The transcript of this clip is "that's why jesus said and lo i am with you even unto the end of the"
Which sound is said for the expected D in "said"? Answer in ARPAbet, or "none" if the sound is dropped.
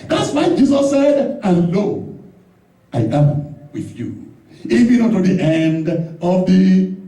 D